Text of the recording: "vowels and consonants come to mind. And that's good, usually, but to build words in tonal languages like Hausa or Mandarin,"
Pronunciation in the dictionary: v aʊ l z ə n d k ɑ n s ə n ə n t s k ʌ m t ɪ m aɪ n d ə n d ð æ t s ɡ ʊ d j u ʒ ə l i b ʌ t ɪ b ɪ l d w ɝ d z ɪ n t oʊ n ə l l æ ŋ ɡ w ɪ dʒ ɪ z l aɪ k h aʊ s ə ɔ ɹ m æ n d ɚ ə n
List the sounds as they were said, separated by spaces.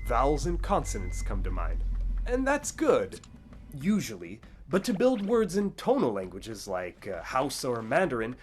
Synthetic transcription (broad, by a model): v aʊ l z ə n k ɑ n s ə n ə n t s k ʌ m t ɪ m aɪ n d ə n ð æ t s ɡ ʊ d j u ʒ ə l i b ʌ t ɪ b ɪ l d w ɝ d z ɪ n t oʊ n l l æ ŋ ɡ w ɪ dʒ ɪ z l aɪ k h aʊ s ə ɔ ɹ m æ n d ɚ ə n